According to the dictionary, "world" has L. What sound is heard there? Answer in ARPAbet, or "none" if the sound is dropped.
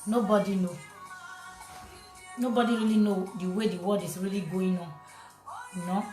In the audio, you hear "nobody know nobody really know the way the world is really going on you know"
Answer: none